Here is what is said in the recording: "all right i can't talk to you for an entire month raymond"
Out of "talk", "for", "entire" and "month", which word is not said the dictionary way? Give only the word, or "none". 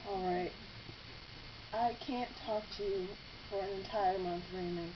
none